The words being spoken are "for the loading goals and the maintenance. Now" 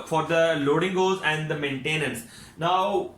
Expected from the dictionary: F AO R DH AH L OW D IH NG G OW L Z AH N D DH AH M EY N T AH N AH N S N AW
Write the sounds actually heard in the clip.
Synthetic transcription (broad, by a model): F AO R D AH L OW D IH NG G OW Z AH N D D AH M EY N T AH N AH N S N AW